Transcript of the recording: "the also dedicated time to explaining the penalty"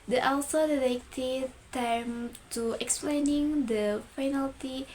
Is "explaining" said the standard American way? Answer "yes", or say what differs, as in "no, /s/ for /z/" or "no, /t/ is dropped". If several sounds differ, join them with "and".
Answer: yes